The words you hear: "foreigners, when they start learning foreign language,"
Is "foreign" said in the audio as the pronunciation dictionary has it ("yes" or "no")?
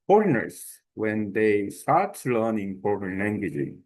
no